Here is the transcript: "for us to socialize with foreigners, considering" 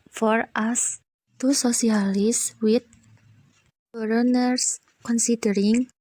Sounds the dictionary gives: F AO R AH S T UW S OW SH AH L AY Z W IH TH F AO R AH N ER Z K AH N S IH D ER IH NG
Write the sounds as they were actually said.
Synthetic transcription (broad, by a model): F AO R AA S T UW S OW S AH L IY S W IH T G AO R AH N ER S K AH N S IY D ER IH NG